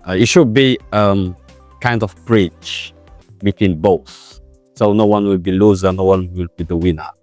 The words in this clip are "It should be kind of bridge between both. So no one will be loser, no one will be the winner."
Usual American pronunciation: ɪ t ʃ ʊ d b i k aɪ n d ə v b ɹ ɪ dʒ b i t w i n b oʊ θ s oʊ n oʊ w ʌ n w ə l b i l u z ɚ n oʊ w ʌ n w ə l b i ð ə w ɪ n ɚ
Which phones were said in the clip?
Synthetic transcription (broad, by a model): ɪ t ʃ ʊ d b i k aɪ n d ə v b ɹ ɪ tʃ b i t w i n b oʊ θ s oʊ n oʊ w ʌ n w ə l b i l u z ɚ n oʊ w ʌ n w ə l b i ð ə w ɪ n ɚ